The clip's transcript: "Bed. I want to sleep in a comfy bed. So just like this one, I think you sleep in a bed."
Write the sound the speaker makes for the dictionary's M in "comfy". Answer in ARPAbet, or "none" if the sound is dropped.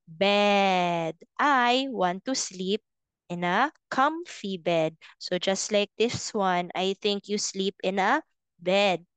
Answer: M